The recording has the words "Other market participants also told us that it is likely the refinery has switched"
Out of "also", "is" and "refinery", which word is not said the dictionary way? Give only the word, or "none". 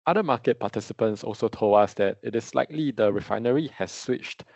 is